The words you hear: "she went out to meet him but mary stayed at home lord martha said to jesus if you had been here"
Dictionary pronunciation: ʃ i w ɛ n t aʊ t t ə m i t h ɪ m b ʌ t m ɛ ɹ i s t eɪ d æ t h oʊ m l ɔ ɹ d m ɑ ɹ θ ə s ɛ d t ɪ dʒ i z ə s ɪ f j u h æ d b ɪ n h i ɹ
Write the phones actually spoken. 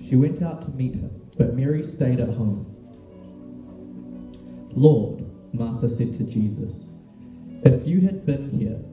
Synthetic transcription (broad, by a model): ʃ i w ɛ n t aʊ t t ə m i t h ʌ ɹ b ʌ t m ɛ ɹ i s t eɪ d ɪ t h oʊ m l ɔ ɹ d m ɑ ɹ θ ə s ɛ d t ɪ dʒ i z ə s ɪ f j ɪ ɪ d b ɪ n h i ɹ